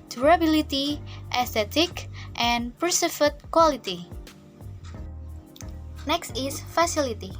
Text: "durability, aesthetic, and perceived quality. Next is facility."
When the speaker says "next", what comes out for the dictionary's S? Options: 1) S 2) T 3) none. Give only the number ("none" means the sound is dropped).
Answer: 1